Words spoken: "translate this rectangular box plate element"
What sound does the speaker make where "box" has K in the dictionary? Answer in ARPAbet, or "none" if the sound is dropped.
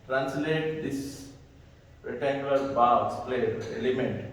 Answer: none